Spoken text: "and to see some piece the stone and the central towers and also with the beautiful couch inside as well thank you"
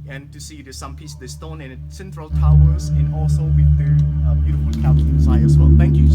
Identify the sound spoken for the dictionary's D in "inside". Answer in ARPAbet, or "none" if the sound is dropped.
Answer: none